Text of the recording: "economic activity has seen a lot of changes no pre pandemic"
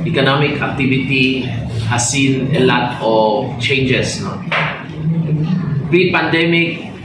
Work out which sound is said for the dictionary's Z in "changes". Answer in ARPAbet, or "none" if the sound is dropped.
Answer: S